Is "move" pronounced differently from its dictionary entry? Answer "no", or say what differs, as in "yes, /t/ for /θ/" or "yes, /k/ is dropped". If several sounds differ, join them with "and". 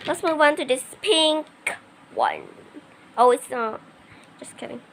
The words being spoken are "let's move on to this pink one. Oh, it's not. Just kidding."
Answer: yes, /w/ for /v/